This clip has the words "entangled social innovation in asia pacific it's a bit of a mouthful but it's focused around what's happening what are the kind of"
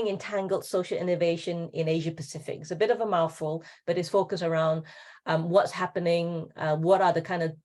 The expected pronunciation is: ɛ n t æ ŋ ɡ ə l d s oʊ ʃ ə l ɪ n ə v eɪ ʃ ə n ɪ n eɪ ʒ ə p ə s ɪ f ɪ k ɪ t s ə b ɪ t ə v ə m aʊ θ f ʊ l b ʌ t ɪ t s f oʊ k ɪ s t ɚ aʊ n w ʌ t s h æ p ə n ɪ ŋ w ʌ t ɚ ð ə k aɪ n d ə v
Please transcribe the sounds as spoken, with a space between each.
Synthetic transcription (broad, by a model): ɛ n t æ ŋ ɡ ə l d s oʊ ʃ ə l ɪ n ə v eɪ ʃ ə n ɪ n eɪ ʒ ə p ə s ɪ f ɪ k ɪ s ə b ɪ t ə v ə m aʊ f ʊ l b ʌ t ɪ t s f oʊ k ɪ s ɚ aʊ n w ʌ t s h æ p ə n ɪ ŋ w ʌ t ɚ ð ə k aɪ n d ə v